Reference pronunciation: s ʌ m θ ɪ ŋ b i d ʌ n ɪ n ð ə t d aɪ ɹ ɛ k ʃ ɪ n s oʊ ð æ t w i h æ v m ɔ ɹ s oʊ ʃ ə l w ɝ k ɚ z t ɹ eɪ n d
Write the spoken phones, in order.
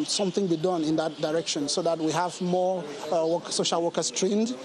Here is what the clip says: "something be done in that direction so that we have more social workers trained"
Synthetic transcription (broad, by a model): s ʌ m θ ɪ ŋ b i d ʌ n ɪ n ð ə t d aɪ ɹ ɛ k ʃ ɪ n s oʊ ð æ t w i h æ v m ɔ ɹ s oʊ ʃ ə l w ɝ k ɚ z t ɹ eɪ n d